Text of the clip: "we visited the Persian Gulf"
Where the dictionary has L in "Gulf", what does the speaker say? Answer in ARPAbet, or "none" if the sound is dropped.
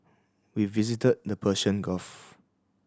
none